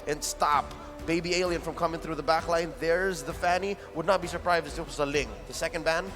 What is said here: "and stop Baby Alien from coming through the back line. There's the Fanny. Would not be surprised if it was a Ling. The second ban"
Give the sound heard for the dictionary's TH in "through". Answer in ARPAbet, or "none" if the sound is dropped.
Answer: TH